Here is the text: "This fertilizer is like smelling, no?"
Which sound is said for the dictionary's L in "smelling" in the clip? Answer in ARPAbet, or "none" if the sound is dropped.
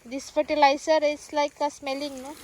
L